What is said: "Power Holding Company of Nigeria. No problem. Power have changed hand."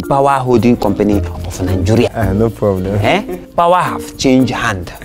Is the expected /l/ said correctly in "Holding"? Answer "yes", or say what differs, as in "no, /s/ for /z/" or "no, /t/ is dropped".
no, /l/ is dropped